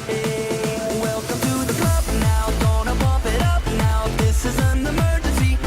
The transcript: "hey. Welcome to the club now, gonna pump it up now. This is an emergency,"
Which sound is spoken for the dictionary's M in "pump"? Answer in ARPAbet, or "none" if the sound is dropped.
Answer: none